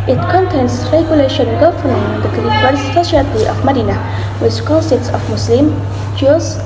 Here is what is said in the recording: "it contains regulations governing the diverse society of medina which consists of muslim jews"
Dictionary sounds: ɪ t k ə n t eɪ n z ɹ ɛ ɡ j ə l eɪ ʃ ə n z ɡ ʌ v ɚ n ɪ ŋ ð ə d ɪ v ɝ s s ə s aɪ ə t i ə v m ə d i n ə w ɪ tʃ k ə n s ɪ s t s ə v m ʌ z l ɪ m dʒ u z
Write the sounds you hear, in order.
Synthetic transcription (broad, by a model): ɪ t k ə n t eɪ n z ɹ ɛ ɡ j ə l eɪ ʃ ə n ɡ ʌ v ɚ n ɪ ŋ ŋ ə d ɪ f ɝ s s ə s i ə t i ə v m ə d i n ə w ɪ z k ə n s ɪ t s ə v m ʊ s l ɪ m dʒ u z